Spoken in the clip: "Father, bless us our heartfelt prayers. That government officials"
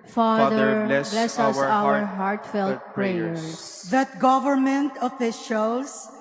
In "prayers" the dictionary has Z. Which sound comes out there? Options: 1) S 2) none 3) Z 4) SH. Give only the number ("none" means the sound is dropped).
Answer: 1